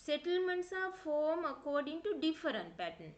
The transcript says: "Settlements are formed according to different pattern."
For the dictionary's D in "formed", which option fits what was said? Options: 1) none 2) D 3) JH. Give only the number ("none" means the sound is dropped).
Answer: 1